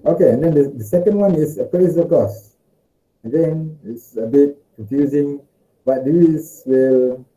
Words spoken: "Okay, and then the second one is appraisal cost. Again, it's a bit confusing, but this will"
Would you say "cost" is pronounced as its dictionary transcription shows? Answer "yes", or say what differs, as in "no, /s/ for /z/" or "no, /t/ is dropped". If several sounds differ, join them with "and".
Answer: no, /t/ is dropped